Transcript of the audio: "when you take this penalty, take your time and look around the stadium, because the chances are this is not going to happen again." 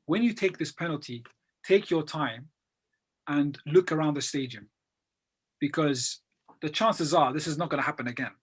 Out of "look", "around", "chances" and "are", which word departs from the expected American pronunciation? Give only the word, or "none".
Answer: none